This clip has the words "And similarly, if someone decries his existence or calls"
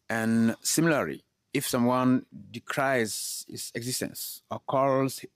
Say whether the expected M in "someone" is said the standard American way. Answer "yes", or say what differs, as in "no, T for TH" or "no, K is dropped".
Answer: yes